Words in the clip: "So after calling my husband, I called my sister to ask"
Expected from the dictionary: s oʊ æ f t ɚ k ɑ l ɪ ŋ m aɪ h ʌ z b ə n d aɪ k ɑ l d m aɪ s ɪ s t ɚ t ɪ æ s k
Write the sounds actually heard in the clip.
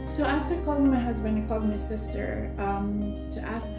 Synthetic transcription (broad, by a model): s oʊ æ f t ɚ k ɑ l ɪ ŋ m aɪ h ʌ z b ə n ɪ k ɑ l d m aɪ s ɪ s t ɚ t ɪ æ s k